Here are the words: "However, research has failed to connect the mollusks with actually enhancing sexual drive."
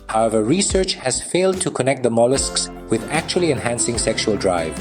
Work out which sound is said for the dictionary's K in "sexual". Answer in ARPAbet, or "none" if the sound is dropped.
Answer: K